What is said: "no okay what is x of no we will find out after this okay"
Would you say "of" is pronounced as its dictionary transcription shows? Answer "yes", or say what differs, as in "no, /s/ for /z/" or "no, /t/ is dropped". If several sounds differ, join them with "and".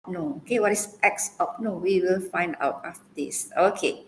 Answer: no, /p/ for /v/